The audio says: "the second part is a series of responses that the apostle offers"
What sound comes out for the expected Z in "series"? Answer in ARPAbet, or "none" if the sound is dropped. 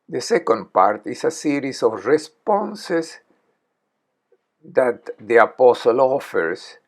S